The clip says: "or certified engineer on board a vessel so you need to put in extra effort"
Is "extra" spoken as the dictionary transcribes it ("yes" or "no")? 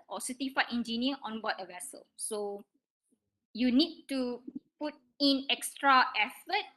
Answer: yes